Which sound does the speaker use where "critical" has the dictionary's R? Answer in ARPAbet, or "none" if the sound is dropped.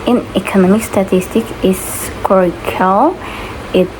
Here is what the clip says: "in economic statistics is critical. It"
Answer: none